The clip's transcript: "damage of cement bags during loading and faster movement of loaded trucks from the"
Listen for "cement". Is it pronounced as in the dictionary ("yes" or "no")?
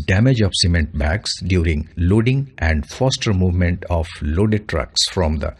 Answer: yes